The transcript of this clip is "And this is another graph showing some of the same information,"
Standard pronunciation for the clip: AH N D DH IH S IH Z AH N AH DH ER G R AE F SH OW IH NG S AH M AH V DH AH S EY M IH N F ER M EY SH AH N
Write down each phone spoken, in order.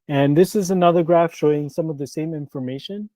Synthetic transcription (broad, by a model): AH N DH IH S IH Z AH N AH DH ER G R AE F SH OW IH NG S AH M AH V DH AH S EY M IH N F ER M EY SH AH N